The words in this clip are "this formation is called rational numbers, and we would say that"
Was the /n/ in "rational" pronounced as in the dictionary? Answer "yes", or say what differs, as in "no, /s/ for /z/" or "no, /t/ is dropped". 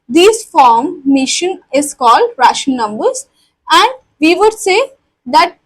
no, /n/ is dropped